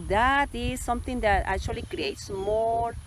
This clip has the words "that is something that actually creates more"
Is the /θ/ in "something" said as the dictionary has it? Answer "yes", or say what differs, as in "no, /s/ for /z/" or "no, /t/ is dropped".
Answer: no, /t/ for /θ/